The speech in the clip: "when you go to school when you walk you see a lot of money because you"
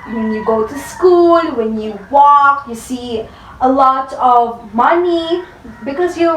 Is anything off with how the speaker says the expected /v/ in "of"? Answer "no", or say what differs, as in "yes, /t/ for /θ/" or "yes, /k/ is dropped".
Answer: no